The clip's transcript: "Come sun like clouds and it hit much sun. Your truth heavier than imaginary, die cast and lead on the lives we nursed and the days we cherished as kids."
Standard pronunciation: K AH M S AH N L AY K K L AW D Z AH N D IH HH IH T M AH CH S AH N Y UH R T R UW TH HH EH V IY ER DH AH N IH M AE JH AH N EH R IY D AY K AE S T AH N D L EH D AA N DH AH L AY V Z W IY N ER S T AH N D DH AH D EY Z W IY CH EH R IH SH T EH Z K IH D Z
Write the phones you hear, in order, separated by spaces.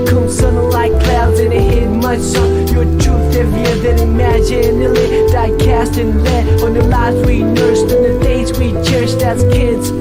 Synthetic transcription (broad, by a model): K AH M S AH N L AY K K L AW D Z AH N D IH HH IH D M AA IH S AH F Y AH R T UW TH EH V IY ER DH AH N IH M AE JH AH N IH L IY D AY K AE S T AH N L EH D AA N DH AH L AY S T W IY N ER S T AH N DH AH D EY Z W IY CH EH R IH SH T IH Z K IH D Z